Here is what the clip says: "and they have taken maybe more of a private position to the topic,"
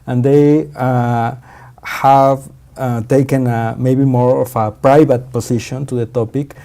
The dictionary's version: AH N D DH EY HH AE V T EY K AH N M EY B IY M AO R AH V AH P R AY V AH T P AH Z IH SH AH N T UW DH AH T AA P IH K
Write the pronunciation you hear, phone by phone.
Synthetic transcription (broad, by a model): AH N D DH EY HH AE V T EY K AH N M EY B IY M AO R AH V AH P R AY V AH T P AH S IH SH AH N T UW DH AH T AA P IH K